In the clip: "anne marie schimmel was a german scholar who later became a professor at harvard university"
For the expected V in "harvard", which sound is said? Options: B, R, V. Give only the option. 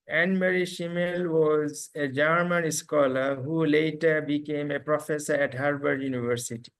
B